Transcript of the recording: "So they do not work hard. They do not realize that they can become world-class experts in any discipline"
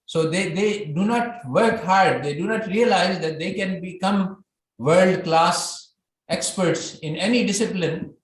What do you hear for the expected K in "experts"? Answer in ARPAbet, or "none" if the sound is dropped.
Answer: K